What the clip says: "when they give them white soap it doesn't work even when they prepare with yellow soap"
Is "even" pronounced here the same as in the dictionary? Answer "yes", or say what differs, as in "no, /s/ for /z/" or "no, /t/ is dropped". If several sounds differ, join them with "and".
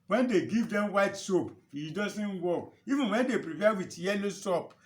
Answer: yes